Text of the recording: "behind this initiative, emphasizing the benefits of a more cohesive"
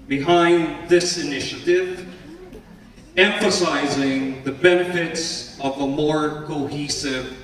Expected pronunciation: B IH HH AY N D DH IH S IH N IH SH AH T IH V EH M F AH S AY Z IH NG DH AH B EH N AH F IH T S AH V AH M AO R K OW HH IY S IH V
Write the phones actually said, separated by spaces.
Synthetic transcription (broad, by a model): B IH HH AY N DH IH S IH N IH SH AH T IH V EH M F AH S AY Z IH NG DH AH B EH N AH F IH T S AH V AH M AO R K OW HH IY S IH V